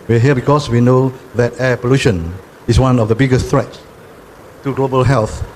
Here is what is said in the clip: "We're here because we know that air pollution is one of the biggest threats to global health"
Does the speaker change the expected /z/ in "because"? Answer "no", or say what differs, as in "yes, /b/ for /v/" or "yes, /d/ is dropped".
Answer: yes, /s/ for /z/